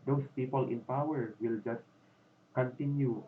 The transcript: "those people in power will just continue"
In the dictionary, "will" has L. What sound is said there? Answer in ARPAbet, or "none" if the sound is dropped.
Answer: L